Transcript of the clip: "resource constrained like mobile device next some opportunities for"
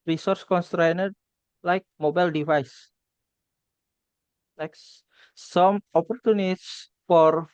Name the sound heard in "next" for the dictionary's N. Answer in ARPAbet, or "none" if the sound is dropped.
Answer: L